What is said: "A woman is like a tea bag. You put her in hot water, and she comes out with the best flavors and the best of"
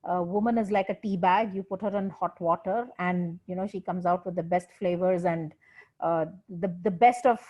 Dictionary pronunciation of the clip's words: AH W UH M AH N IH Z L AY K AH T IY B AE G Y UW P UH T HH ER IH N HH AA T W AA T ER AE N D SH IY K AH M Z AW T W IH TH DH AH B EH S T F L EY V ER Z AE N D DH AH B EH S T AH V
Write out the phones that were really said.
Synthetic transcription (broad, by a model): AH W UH M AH N IH Z L AY K AH T IY B AE G Y UW P UH T HH ER IH N HH AA T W AA T ER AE N D SH IY K AH M Z AW T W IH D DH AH B EH S T F L EY V ER Z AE N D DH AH B EH S T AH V